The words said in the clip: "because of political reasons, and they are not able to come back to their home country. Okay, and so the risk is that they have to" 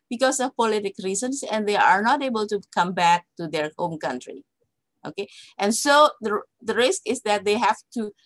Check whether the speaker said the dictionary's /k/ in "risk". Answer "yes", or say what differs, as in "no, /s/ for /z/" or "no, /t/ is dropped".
yes